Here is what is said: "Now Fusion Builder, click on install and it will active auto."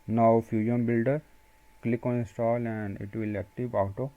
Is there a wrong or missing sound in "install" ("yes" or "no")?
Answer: yes